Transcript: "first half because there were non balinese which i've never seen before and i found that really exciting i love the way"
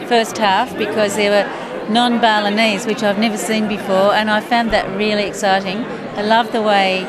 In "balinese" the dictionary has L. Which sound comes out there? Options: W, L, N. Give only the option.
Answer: L